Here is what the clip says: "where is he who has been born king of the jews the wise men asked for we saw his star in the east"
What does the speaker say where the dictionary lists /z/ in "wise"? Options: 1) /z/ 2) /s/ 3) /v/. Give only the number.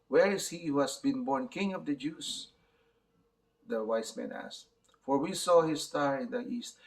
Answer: 2